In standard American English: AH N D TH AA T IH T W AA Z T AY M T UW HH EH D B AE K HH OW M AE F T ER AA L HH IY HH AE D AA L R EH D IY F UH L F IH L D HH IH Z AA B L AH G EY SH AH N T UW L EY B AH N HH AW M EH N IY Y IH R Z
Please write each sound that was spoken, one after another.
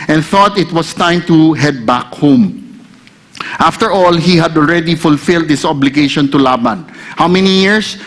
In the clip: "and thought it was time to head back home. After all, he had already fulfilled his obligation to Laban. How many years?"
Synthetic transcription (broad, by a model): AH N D TH AA T IH T W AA S T AY M T UW HH EH D B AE K HH OW M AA F T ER AA L HH IY HH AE D AA L R EH D IY F UH L F IH L D HH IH S AA B L AH G EY SH AH N T UW L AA B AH N HH AW M EH N IY Y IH R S